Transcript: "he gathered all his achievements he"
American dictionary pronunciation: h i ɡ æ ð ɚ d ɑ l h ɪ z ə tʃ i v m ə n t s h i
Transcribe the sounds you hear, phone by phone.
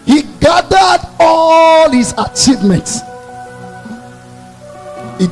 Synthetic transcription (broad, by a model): h i ɡ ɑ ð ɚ d ɑ l h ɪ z ə tʃ i v m ə n t s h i